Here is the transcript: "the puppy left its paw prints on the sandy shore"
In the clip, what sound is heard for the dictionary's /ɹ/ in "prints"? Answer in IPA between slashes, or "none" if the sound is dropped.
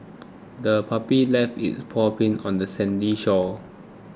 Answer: none